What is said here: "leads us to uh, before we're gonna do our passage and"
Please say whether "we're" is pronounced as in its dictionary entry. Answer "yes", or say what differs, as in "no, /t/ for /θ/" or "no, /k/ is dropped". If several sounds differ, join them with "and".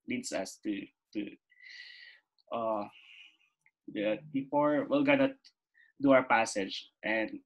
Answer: no, /l/ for /ɹ/